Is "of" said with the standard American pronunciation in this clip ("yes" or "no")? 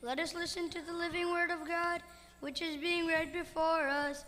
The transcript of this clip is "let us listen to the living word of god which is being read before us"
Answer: yes